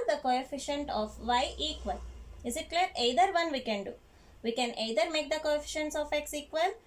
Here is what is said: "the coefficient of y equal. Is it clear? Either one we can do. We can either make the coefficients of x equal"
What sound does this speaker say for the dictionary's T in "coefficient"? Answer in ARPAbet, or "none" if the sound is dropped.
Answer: T